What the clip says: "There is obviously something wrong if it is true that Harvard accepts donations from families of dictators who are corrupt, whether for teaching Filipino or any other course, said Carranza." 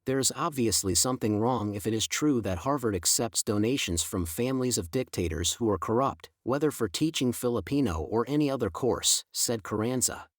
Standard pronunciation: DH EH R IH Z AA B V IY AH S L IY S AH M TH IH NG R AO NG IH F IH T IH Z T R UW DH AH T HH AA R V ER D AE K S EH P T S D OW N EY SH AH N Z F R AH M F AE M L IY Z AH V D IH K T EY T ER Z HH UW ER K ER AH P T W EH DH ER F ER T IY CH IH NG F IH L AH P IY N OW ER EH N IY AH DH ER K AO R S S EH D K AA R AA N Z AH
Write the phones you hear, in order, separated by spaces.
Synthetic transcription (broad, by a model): DH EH R IH Z AA B V IY AH S L IY S AH M TH IH NG R AO NG IH F IH T IH Z T R UW DH AH T HH AA R V ER D AE K S EH P T S D OW N EY SH AH N Z F R AH M F AE M L IY Z AH V D IH K T EY T ER Z HH UW ER K ER AH P T W EH DH ER F ER T IY CH IH NG F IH L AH P IY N OW ER EH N IY AH DH ER K AO R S S EH D K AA R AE N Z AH